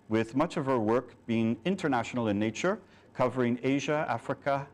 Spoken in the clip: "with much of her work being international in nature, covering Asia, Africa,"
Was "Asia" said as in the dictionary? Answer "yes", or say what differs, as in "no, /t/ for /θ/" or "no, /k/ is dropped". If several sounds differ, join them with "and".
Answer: yes